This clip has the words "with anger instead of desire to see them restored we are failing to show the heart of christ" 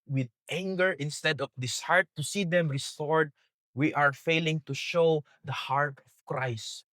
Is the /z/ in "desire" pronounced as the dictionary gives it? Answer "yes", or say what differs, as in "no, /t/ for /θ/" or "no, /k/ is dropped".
no, /s/ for /z/